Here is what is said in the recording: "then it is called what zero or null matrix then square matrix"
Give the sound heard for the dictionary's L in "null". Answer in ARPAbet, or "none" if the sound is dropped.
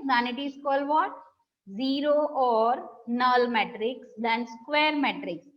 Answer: L